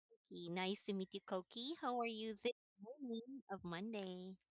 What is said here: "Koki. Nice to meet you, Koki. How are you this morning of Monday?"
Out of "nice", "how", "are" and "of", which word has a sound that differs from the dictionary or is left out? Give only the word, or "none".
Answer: none